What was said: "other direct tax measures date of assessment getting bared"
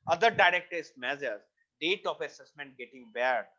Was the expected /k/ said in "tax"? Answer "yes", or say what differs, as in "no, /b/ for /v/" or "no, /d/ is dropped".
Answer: no, /k/ is dropped